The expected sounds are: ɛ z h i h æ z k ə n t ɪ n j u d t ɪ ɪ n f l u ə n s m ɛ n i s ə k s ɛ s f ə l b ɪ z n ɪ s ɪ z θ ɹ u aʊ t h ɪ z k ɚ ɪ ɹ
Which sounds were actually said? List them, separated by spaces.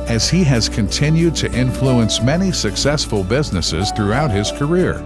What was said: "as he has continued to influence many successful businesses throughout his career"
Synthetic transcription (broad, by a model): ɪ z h i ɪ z k ə n t ɪ n j u d t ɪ ɪ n f l u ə n s m ɛ n i s ə k s ɛ s f ə l b ɪ z n ɪ s ɪ z θ ɹ u aʊ t h ɪ z k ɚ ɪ ɹ